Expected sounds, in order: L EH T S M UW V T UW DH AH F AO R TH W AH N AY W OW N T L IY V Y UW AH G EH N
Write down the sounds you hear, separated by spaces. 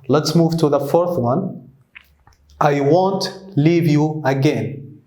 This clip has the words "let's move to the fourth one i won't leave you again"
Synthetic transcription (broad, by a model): L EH T S M UW V T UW DH AH F AO R TH W AH N AY W OW N T L IY V Y UW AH G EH N